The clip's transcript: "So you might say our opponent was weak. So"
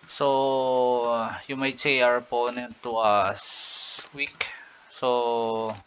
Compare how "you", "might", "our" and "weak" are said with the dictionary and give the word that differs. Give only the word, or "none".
none